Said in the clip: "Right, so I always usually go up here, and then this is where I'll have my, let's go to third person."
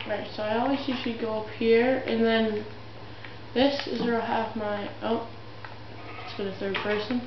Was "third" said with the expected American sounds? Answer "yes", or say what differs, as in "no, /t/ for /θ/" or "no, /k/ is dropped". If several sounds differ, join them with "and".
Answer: yes